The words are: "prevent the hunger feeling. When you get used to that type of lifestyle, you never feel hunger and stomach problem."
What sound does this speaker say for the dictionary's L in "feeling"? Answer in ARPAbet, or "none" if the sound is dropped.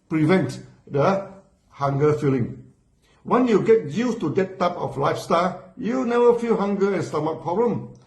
L